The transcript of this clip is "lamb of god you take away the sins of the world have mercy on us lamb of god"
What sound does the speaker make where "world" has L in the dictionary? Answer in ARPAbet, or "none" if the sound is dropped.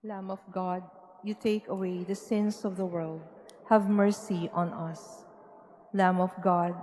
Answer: L